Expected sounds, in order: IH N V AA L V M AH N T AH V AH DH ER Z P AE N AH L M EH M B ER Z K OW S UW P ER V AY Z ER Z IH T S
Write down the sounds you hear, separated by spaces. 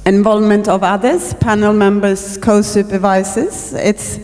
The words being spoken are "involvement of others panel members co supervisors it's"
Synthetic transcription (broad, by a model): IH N V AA L V M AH N T AH V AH DH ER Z P AE N AH L M EH M B ER Z K OW S UW P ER V AY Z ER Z IH T S